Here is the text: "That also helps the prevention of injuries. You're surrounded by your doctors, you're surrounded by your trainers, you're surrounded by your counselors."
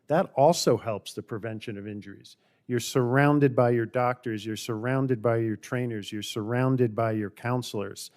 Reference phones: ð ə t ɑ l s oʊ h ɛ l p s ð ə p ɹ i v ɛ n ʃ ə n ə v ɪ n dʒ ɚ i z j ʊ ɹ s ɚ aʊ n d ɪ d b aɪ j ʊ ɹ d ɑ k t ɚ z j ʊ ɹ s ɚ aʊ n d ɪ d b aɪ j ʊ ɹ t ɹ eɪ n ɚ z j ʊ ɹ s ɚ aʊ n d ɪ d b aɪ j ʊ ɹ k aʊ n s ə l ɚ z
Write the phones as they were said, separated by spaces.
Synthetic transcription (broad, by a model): ð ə t ɑ l s oʊ h ɛ l p s ð ə p ɹ i v ɛ n ʃ ə n ə v ɪ n dʒ ɚ i z j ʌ ɹ s ɚ aʊ n d ɪ d b aɪ j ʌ ɹ d ɑ k t ɚ z j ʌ ɹ s ɚ aʊ n d ɪ d b aɪ j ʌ ɹ t ɹ eɪ n ɚ z j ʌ ɹ s ɚ aʊ n d ɪ d b aɪ j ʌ ɹ k aʊ n s l ɚ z